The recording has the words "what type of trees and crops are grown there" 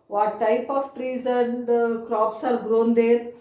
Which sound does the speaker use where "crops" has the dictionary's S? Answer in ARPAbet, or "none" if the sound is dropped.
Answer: S